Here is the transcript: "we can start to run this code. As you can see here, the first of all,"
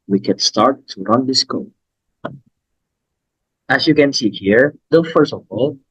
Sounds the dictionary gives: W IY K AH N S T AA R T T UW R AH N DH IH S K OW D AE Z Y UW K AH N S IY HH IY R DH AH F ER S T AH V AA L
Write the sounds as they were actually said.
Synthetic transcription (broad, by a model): W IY K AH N S T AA R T T UW R AH N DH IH S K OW AE S Y UW K AH N S IY HH IY R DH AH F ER S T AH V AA L